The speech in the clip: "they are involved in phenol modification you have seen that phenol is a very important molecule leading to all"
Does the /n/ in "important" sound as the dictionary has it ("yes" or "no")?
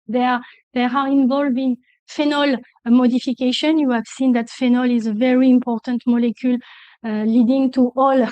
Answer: yes